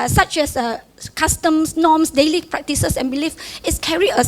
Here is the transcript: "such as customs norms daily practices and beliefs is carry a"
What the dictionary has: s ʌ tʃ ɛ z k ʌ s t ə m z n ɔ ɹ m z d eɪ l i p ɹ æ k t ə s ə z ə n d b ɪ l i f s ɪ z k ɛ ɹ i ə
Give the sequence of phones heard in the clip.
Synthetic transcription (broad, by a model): s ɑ tʃ ɛ s k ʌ s t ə m s n ɔ m s d eɪ l i p ɹ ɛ k t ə s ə s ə n b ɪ l i f ɪ s k ɛ ɹ i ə